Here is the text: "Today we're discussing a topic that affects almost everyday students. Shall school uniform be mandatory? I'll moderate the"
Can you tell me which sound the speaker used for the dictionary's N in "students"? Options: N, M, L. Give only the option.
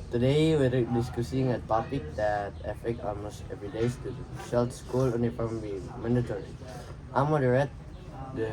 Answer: L